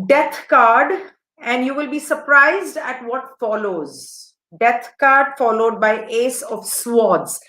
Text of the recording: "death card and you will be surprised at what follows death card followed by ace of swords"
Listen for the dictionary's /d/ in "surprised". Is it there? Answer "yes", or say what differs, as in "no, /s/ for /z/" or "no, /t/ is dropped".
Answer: yes